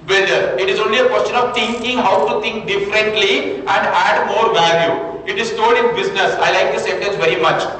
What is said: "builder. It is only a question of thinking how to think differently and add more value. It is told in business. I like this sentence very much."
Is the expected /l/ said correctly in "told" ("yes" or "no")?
no